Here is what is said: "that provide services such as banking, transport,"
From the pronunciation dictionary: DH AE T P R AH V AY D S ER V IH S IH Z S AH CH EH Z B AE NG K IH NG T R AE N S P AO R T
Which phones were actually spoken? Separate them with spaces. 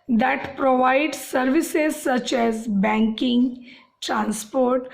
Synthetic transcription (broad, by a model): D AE T P R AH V AY D S ER V IH S IH Z S AH CH EH Z B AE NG K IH NG T R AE N S P AO R T